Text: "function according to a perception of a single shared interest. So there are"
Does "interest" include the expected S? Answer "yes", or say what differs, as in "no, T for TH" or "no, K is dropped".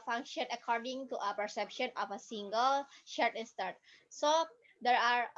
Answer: no, S is dropped